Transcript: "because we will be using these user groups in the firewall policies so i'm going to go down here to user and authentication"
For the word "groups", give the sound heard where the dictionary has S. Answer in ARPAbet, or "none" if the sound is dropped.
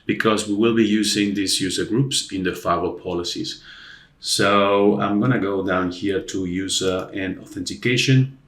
S